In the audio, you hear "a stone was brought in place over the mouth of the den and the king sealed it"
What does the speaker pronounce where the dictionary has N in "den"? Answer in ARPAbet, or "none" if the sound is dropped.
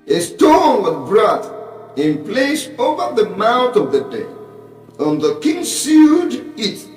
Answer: none